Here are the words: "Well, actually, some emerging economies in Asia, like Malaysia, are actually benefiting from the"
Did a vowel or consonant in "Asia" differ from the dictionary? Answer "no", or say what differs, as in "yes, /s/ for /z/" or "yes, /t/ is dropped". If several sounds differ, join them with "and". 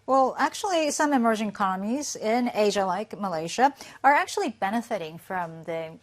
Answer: no